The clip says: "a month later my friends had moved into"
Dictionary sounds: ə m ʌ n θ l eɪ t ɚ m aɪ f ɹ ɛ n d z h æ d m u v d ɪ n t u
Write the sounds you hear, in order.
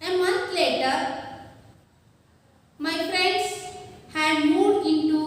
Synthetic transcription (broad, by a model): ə m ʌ n t l eɪ t ɚ m aɪ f ɹ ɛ n d s h æ d m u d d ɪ n t u